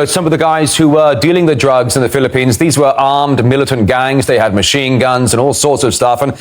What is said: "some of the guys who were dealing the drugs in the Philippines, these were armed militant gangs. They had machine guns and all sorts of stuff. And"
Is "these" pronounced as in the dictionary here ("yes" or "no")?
yes